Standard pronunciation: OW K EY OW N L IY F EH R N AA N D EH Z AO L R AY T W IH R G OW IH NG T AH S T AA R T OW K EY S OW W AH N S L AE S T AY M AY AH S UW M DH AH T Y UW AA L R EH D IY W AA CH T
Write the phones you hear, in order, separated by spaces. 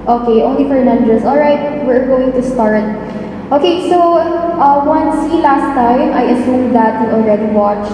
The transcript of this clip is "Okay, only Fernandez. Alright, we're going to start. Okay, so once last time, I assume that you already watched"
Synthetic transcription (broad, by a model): OW K EY OW N L IY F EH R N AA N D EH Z AO L R AY T W IH R G OW IH NG T AH S T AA R T OW K EY S OW W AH N S L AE S T AY M AY AH S UW M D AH T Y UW AA L R EH D IY W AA CH